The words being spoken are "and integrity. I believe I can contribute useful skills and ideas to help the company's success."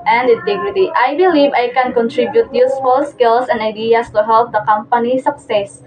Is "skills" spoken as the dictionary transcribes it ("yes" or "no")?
no